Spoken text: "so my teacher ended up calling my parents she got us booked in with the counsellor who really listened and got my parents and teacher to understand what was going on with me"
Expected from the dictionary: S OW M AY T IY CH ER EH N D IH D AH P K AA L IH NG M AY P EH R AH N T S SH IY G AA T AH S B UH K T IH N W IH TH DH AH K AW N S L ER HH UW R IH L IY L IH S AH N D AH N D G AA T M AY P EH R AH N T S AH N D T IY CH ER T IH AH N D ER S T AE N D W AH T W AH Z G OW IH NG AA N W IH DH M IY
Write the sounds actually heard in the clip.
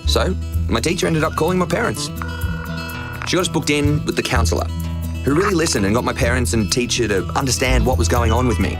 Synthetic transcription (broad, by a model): S OW M AY T IY CH ER EH N D IH D AH P K AA L IH NG M AY P EH R AH N T S SH IY G AA T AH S B UH K T IH N W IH DH AH K AW N S L ER HH UW R IH L IY L IH S AH N D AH N G AA T M AY P EH R AH N T S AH N T IY CH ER T IH AH N D ER S T AE N D W AH T W AH Z G OW IH NG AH N W IH DH M IY